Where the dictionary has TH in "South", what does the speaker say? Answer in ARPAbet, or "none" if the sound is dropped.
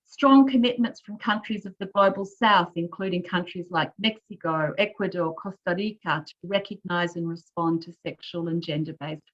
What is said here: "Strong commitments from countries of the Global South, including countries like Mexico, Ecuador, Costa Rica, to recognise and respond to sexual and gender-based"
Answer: TH